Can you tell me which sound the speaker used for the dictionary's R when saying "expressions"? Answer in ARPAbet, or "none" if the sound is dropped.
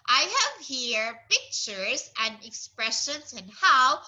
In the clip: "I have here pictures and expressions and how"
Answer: R